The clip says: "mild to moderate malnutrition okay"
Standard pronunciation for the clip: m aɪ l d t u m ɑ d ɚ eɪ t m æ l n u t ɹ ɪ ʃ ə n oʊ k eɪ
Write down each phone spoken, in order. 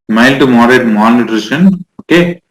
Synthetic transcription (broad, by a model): m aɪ l t u m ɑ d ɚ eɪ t m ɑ n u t ɹ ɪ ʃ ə n oʊ k eɪ